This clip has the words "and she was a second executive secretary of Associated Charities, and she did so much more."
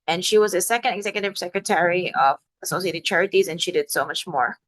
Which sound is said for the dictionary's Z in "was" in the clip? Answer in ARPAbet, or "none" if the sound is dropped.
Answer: Z